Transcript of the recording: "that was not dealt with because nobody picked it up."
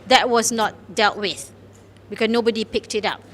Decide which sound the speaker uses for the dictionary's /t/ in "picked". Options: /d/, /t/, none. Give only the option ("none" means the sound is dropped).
/t/